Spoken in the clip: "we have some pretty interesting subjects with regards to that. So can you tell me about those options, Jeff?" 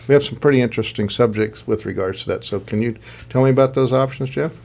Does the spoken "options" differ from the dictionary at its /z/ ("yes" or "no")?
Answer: no